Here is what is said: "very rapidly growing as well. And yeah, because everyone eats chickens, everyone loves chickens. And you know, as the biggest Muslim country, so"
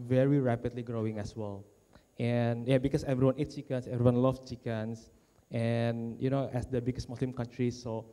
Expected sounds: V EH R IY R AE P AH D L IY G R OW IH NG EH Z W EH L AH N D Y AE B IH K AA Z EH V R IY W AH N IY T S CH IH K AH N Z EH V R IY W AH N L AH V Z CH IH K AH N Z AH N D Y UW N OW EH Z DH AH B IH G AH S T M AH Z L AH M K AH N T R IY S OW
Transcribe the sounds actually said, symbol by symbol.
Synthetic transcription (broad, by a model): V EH R IY R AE P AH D L IY G R OW IH NG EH S W EH L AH N Y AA B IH K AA S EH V R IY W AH N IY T CH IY K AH N S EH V R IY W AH N L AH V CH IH K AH N S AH N Y UW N OW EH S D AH B IH G AH S T M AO S L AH M K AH N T R IY S OW